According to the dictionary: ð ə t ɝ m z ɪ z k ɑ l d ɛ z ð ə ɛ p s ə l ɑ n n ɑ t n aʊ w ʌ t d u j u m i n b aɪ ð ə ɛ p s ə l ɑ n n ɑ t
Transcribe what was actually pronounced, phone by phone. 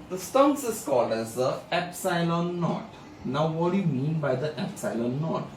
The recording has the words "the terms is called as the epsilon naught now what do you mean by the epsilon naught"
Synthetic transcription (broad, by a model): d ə t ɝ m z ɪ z k ɑ l d ɛ z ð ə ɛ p s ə l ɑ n n ɑ t n aʊ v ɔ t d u j u m i n b aɪ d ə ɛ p s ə l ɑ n n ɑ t